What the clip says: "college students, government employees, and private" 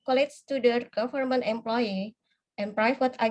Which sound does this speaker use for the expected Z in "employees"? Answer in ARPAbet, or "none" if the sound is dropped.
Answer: none